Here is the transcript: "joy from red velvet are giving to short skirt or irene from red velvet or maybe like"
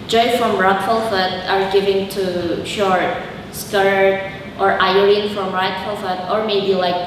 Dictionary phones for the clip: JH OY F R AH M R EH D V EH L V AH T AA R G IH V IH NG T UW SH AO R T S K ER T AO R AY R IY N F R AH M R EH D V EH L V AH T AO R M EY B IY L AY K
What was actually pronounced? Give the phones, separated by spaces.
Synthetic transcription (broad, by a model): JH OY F R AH M R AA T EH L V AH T AA R G IH V IH NG T UW SH AO R T S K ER T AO R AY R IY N F R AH M R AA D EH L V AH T AO R M EY B IY L AY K